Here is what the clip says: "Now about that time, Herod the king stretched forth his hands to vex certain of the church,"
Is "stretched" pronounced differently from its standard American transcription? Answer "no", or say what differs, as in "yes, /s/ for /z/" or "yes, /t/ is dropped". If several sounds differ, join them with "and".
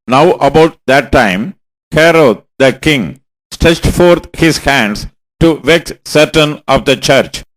no